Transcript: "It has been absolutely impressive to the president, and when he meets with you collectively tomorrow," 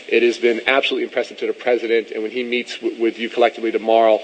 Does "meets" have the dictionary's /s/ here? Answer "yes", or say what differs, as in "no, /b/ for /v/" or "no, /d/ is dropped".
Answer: yes